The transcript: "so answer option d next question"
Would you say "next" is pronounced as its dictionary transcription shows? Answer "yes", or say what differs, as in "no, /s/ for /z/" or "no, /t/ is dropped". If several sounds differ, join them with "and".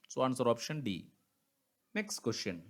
yes